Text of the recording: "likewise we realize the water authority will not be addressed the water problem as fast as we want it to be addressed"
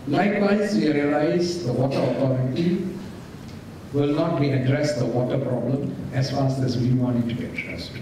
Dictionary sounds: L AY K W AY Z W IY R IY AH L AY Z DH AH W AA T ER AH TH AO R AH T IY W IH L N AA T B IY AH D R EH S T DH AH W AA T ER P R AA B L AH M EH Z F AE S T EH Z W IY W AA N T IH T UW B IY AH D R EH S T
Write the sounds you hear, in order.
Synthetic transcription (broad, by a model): L AY K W AY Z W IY R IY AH L AY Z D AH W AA T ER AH T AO R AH T IY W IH L N AA T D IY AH D R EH S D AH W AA T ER P R AA B L AH M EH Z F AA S EH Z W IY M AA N IH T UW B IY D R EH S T